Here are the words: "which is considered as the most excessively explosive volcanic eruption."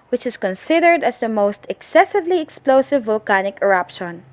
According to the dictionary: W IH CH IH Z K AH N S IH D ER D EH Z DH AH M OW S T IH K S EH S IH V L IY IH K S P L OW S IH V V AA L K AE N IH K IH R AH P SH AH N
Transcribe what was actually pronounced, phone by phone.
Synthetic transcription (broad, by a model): W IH CH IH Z K AH N S IH D ER D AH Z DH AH M OW S T IH K S EH S IH V L IY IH K S P L OW S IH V V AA L K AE N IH K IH R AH P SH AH N